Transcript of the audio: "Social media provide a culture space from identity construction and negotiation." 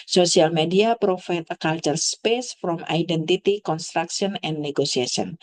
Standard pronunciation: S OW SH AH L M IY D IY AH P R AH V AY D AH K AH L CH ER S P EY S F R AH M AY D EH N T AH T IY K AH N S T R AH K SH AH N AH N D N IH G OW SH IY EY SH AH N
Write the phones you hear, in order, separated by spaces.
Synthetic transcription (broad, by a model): S OW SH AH L M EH D IY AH P R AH F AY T AH K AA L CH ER S P EY S F R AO M AY D EH N T AH T IY K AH N S T R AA K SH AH N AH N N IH G OW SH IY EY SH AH N